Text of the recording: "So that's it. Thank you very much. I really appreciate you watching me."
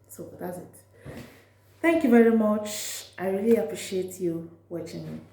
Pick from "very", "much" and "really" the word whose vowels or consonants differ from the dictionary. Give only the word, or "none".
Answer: none